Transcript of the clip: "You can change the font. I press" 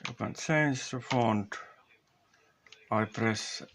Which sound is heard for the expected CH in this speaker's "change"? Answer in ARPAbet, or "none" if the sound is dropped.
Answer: S